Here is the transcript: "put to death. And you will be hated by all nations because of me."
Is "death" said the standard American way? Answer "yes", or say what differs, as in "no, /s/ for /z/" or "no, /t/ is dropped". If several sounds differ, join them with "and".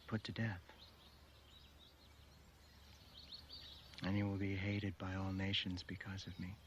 yes